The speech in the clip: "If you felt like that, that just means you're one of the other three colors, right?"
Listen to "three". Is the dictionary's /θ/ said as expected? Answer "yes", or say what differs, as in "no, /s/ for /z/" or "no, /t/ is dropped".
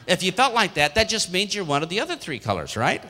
yes